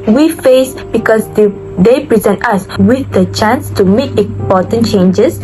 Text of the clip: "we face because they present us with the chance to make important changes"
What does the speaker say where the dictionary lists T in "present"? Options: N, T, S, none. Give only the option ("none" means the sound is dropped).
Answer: T